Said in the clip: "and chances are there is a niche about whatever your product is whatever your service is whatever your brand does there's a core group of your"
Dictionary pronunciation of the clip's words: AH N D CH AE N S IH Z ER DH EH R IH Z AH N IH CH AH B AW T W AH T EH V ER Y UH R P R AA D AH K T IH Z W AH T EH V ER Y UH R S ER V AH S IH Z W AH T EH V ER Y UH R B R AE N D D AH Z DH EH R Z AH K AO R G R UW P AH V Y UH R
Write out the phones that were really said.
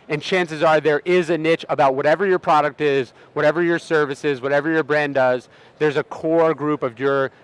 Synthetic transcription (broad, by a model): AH N CH AE N S IH Z ER DH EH R IH Z AH N IH CH AH B AW T W AH T EH V ER Y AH R P R AA D AH K T IH Z W AH T EH V ER Y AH R S ER V AH S IH Z W AH T EH V ER Y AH R B R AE N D D AH Z DH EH R Z AH K AO R G R UW P AH V Y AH R